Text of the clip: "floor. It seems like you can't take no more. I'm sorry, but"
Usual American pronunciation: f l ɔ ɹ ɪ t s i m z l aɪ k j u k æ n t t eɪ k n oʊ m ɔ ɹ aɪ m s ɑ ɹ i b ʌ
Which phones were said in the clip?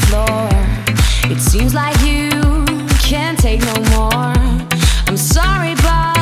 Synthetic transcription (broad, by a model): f l ɔ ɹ ɪ t s i m z l aɪ k j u k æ n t t eɪ k n oʊ m ɔ ɹ aɪ m s ɑ ɹ i b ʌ